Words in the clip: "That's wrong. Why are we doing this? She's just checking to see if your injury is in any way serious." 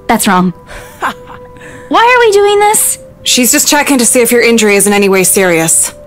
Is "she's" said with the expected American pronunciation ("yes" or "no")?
yes